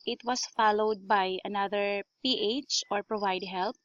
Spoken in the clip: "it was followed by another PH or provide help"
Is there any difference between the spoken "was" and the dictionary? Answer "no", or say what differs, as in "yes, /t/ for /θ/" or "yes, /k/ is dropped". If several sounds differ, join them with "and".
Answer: yes, /s/ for /z/